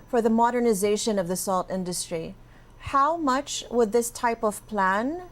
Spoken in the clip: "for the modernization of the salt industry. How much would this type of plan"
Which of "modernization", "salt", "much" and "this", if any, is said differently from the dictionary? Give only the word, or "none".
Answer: none